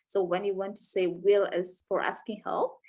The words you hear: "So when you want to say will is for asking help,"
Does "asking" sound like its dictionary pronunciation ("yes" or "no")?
yes